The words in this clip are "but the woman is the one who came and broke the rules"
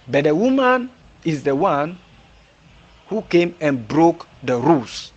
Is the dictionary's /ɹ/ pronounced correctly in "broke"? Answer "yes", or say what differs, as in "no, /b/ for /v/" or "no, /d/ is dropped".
yes